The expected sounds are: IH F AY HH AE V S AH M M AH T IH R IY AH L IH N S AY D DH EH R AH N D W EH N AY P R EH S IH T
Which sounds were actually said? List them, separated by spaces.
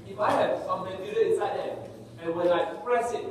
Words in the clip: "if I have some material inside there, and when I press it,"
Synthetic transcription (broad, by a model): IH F AY HH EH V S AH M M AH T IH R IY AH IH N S AY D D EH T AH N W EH L AY P R EH S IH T